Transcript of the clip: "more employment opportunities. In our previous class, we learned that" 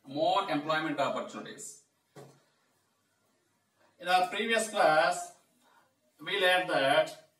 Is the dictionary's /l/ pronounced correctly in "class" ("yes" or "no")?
yes